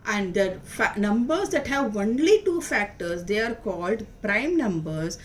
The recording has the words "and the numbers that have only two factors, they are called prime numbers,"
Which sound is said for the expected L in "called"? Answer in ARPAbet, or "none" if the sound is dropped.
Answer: L